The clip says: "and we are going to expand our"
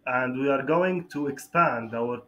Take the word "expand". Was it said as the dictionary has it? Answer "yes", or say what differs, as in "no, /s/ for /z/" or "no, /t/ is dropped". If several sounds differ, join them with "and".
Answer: yes